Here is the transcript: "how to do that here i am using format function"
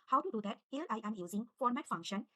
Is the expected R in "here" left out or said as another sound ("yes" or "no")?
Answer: yes